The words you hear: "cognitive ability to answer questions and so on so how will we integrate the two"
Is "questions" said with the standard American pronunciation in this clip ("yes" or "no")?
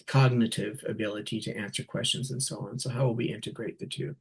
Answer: yes